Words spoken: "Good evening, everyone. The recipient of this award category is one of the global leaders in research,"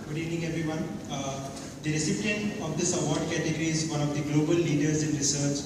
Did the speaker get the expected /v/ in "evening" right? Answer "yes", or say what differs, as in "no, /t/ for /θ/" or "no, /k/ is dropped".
no, /v/ is dropped